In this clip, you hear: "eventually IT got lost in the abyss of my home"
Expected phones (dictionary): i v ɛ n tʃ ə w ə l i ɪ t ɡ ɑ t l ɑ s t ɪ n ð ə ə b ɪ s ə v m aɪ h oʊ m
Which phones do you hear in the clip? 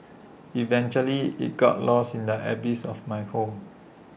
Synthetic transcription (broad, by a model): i v ɛ n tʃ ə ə l i ɪ t ɡ ɑ t l ɑ s ɪ n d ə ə b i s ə f m aɪ h oʊ m